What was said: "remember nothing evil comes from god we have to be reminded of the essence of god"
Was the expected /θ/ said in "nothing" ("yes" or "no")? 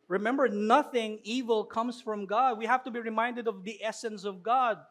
yes